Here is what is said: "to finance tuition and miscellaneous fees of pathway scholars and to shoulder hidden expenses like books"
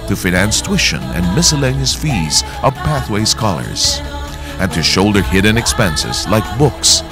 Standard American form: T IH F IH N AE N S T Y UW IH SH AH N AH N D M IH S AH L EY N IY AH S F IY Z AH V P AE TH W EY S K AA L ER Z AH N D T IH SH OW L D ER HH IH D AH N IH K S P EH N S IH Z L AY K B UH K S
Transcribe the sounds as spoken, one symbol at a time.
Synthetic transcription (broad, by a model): T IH F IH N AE N S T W IH SH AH N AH N M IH S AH L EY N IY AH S F IY Z AH V P AE TH W EY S K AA L ER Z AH N T IH SH OW L D ER HH IH D N IH K S P EH N S IH Z L AY K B UH K S